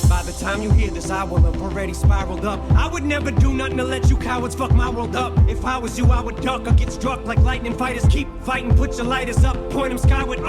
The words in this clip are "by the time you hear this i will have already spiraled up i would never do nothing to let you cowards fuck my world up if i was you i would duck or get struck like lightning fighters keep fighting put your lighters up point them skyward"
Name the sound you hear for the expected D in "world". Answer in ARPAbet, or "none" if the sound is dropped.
D